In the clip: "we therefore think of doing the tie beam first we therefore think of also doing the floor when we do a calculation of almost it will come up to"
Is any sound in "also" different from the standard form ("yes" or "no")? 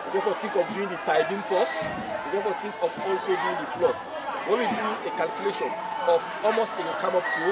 no